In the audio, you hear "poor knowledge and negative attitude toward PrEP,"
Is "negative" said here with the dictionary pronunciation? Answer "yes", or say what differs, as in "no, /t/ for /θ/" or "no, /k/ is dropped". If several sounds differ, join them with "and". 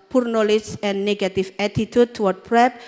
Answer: no, /f/ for /v/